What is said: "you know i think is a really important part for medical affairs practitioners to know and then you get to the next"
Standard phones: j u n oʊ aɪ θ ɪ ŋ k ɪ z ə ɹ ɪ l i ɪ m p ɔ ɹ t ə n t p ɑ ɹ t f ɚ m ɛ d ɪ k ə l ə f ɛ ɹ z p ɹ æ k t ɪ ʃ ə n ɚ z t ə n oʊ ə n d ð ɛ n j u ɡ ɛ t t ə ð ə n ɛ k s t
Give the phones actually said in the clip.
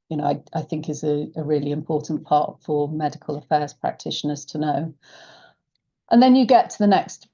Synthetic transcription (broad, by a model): j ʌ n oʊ aɪ θ ɪ ŋ k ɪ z ə ɹ ɪ l i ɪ m p ɔ t n p ɑ t f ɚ m ɛ d ɪ k ə l ə f ɛ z p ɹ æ k t ɪ ʃ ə n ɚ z t ə n oʊ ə n ð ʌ n j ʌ ɡ ɛ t t ə ð ə n ɛ k s t